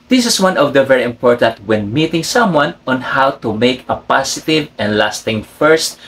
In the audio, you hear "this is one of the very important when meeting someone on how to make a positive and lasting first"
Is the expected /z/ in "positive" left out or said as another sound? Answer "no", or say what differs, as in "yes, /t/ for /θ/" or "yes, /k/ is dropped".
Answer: yes, /s/ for /z/